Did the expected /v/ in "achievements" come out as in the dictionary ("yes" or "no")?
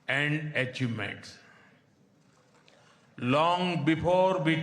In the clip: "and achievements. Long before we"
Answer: no